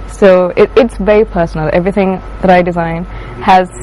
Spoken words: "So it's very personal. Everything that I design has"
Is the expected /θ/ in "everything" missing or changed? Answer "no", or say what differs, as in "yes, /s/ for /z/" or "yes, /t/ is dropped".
no